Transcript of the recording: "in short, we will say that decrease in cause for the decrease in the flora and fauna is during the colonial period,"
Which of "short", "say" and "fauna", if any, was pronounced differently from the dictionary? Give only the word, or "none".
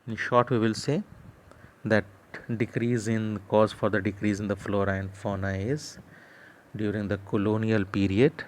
none